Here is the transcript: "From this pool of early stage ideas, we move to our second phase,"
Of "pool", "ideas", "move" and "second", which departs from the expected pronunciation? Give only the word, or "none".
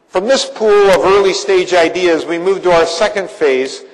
none